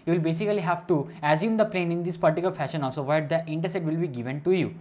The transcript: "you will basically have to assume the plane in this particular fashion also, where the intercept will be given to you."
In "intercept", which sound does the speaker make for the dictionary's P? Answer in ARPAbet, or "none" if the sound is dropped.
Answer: none